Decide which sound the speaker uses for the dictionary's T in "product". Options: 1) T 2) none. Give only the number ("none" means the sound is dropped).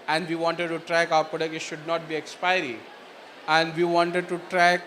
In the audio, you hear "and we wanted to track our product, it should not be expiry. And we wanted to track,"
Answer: 2